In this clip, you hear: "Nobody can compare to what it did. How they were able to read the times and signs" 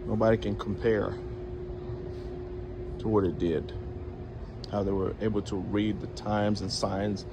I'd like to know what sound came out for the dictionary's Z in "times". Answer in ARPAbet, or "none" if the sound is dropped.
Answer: Z